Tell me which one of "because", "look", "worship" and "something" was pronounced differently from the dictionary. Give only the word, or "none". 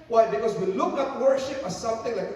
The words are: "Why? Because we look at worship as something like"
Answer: none